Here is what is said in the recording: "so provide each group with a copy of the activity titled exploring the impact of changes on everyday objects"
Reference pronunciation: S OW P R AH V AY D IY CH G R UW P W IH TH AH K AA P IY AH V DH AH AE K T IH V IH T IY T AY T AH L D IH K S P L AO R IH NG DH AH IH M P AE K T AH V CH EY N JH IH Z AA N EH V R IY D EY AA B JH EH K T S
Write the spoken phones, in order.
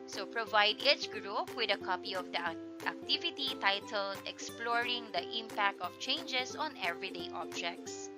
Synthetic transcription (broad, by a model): S OW P R AH V AY D IY CH G R UW P W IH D AH K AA P IY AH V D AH AE K T IH V IH T IY T AY T AH L D IH K S P L AO R IH NG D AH IH M P AE K T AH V CH EY N JH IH S AA N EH V R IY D EY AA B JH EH K T S